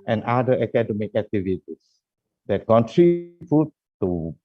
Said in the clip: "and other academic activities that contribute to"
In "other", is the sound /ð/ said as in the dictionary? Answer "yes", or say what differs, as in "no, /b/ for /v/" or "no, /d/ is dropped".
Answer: no, /ð/ is dropped